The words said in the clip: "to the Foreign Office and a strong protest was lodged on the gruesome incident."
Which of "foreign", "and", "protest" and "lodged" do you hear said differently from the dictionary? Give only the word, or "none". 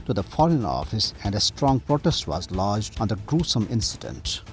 none